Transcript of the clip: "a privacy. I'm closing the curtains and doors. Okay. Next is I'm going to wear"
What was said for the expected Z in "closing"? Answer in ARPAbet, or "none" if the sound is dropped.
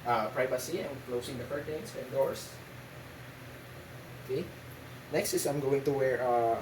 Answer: S